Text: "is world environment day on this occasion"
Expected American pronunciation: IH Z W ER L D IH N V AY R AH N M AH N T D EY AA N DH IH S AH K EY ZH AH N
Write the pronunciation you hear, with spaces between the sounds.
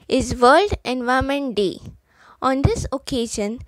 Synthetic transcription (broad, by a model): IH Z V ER L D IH N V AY AH M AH N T D EY AA N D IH S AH K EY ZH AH N